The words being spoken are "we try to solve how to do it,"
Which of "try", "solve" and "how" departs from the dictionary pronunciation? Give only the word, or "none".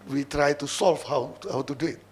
solve